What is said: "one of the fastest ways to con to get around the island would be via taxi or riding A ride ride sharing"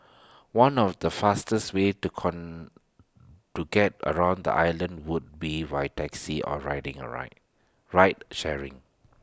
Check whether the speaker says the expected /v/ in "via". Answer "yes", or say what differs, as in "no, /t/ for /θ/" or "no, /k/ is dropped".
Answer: no, /w/ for /v/